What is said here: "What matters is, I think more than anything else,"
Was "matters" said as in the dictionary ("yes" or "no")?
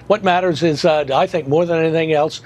yes